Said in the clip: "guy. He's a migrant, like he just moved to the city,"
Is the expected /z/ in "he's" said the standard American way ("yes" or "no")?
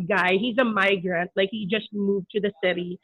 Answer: yes